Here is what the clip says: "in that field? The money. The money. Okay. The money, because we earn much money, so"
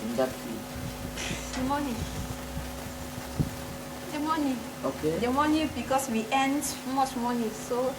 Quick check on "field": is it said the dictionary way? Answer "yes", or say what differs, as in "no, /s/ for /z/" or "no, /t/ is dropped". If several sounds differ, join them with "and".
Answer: no, /l/ is dropped